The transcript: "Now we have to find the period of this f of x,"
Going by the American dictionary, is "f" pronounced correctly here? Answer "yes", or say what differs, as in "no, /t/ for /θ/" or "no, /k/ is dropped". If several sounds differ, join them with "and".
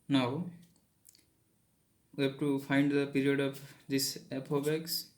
no, /p/ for /f/